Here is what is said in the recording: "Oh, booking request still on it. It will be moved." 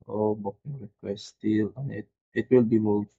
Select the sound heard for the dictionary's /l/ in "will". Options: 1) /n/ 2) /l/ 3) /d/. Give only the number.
2